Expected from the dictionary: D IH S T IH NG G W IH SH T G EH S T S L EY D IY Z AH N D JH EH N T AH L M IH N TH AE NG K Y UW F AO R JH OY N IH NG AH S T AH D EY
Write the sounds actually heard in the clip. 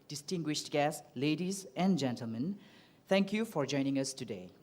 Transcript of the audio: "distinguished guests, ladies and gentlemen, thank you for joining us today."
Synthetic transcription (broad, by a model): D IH S T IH NG G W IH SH T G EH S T L EY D IY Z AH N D JH EH N T AH L M IH N T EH NG K Y UW F AO R JH OY N IH NG AH S T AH D EY